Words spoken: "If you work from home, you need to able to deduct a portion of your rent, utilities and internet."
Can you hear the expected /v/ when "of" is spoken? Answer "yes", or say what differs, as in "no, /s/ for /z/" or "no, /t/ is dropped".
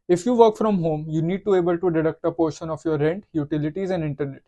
no, /f/ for /v/